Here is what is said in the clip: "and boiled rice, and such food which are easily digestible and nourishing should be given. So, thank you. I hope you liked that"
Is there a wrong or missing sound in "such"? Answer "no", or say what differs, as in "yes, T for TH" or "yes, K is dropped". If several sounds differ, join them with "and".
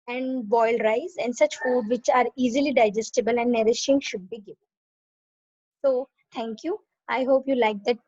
no